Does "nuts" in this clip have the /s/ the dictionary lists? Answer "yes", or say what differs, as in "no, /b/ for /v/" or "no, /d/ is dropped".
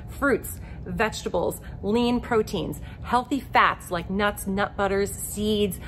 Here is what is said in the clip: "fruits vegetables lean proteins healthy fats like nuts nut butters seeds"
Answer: yes